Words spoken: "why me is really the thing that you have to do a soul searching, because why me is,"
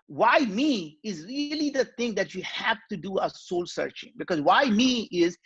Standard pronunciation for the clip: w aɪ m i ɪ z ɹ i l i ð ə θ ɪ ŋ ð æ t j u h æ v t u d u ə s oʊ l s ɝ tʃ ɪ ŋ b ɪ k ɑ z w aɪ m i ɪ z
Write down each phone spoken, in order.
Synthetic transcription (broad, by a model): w aɪ m i ɪ z ɹ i l i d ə t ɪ ŋ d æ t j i h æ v t u d u ə s oʊ l s ɝ tʃ ɪ ŋ b ɪ k ɑ z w aɪ m i ɪ z